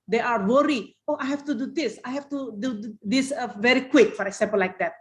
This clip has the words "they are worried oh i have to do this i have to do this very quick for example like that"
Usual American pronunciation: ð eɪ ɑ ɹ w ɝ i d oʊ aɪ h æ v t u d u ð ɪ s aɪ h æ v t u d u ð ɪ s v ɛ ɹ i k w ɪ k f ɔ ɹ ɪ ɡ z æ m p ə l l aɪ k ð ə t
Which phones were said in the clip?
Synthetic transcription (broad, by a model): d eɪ ɑ ɹ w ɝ i oʊ aɪ h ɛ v t u d u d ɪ s aɪ h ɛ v t u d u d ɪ s v ɛ ɹ i k w ɪ k f ɔ ɹ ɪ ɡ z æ m p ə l l aɪ k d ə t